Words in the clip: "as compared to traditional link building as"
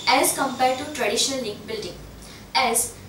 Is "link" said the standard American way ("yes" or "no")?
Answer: no